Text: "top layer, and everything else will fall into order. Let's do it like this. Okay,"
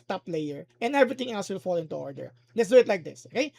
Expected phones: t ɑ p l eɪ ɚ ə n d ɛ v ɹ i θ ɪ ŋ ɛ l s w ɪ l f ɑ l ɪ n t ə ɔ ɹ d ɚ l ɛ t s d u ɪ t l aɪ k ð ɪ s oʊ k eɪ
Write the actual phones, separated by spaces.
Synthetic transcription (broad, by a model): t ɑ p l eɪ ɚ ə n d ɛ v ɹ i t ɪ ŋ ɛ l s w ɪ l f ɑ l ɪ n t ə ɔ ɹ d ɚ l ɛ t s d u ɪ t l aɪ k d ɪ s oʊ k eɪ